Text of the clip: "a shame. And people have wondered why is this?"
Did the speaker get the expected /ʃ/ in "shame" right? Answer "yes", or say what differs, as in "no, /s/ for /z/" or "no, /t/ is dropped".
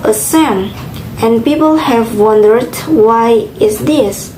no, /s/ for /ʃ/